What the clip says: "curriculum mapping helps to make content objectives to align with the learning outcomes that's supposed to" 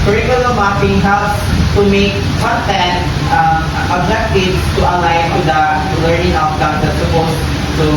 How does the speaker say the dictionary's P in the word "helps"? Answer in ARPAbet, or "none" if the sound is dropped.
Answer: none